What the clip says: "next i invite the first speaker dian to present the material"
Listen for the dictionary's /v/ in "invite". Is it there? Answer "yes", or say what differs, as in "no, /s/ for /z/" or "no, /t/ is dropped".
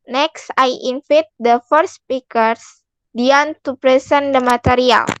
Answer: no, /f/ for /v/